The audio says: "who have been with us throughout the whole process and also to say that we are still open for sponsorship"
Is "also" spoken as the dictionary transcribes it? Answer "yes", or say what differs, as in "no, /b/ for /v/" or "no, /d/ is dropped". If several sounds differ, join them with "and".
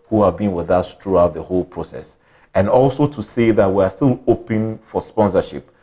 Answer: yes